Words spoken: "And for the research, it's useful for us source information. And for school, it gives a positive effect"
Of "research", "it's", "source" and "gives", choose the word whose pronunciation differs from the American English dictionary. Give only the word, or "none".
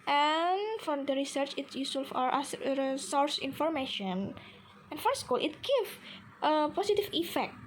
gives